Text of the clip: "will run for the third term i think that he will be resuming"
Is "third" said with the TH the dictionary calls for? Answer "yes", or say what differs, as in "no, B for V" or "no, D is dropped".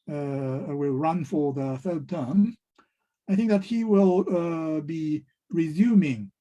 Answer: yes